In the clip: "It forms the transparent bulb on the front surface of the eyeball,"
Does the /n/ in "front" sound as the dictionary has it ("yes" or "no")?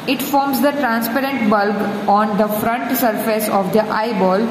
yes